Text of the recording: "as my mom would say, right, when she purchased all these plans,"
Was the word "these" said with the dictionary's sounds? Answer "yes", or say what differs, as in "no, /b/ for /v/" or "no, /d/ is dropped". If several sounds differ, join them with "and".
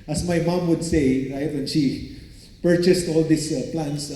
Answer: no, /s/ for /z/